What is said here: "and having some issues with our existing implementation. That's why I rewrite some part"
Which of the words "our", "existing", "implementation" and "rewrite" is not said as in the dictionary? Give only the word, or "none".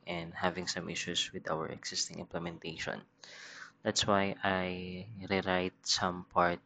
existing